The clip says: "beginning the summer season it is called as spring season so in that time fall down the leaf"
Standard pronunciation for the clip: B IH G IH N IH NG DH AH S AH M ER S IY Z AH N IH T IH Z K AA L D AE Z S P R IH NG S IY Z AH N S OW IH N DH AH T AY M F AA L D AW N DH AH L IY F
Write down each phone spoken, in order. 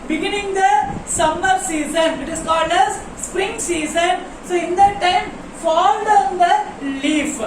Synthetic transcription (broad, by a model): B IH G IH N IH NG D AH S AH M ER S IY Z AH N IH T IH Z K AA L D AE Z S P R IH NG S IY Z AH N S OW IH N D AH T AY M F AA L D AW N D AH L IY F